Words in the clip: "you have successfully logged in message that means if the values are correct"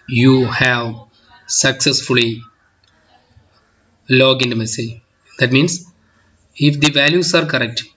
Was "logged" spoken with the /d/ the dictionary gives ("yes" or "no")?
no